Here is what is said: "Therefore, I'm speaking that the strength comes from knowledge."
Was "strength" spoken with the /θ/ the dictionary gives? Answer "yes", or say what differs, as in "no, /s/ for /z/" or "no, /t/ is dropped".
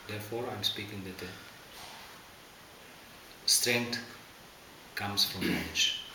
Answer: no, /t/ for /θ/